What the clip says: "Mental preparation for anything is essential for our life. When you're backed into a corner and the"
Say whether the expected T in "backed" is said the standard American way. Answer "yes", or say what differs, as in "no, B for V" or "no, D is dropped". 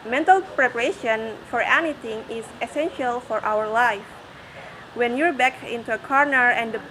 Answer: no, T is dropped